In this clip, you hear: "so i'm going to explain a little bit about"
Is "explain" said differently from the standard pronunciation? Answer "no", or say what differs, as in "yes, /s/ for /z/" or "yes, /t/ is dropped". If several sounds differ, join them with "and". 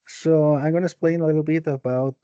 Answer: yes, /k/ is dropped